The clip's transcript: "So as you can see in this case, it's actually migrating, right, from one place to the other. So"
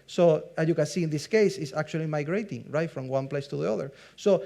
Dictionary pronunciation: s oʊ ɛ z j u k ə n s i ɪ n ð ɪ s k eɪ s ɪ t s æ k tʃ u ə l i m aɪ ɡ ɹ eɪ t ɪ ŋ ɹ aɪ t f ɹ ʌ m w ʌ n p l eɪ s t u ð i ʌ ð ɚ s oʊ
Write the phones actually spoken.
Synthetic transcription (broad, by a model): s oʊ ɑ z j u k ə n s i ɪ n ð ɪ s k eɪ s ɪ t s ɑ k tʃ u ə l i m aɪ ɡ ɹ eɪ t ɪ ŋ ɹ aɪ t f ɹ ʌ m w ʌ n p l eɪ s t u ð i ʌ ð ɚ s oʊ